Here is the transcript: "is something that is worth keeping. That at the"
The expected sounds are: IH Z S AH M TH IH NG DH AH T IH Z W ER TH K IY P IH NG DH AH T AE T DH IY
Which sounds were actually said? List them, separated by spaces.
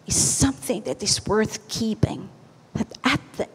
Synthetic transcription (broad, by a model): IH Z S AH M TH IH NG DH AH T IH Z W ER TH K IY P IH NG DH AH T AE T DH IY